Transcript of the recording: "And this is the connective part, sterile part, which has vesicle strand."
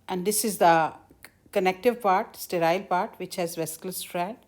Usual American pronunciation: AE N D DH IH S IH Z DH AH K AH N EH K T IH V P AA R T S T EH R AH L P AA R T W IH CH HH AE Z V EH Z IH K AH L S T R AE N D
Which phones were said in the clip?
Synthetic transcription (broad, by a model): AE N D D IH S IH Z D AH K AH N EH K T IH V P AA R T S T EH R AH L P AA R T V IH CH HH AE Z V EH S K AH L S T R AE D